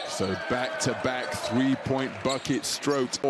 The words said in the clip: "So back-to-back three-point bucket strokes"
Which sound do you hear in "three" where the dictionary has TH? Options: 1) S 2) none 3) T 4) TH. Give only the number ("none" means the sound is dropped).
4